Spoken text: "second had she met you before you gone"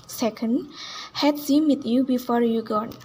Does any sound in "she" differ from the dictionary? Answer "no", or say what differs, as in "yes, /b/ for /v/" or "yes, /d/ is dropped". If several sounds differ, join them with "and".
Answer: yes, /s/ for /ʃ/